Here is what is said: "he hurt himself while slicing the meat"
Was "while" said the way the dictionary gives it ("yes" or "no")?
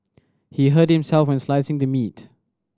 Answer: no